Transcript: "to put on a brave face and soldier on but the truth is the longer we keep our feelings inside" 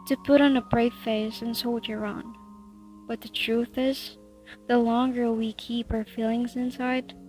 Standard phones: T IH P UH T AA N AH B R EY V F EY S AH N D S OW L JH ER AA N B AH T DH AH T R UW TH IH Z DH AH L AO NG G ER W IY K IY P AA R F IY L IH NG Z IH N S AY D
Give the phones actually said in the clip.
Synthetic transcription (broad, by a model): T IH P UH T N AH B R EY V F EY S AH N S OW L JH ER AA N B AH T DH AH T R UW TH IH Z DH AH L AO NG G ER W IY K IY P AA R F IY L IH NG Z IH N S AY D